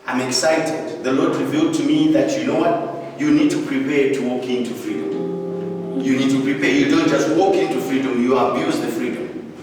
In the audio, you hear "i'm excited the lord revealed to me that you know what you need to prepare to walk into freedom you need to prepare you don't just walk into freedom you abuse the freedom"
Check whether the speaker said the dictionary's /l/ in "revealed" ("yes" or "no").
yes